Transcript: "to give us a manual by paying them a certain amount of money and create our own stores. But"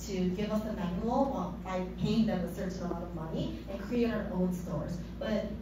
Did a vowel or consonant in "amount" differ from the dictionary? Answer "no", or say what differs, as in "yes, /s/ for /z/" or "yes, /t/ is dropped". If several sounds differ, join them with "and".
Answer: yes, /n/ is dropped